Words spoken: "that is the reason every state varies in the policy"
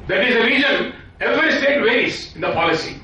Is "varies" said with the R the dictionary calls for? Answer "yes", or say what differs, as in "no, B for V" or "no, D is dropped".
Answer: no, R is dropped